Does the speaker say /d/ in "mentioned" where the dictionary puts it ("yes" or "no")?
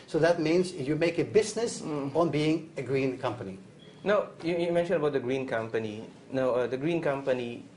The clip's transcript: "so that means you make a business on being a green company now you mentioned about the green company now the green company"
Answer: no